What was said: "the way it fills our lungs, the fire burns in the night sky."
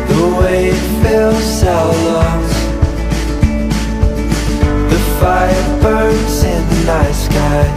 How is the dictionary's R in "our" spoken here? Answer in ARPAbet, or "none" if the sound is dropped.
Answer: L